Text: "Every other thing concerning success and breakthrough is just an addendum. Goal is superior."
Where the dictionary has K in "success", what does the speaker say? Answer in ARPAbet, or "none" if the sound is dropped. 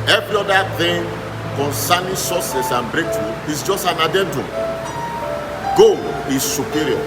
none